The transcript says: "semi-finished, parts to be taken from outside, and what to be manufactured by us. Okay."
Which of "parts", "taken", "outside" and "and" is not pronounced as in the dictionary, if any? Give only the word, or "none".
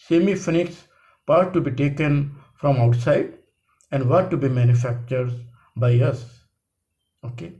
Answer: parts